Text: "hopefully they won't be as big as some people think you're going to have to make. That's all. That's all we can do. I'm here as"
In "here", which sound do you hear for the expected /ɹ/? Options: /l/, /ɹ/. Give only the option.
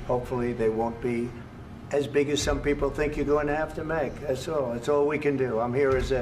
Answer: /ɹ/